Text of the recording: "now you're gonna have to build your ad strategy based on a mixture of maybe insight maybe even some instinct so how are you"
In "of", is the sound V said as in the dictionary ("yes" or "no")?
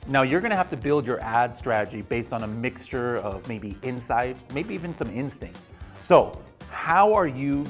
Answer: yes